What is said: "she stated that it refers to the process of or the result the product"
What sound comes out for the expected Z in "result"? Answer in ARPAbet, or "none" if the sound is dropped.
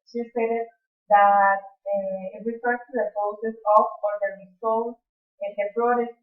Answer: S